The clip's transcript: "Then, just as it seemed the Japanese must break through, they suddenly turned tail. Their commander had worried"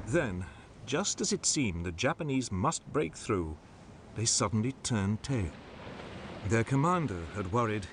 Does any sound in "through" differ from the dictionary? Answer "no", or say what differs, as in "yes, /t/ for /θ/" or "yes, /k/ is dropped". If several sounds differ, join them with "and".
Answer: no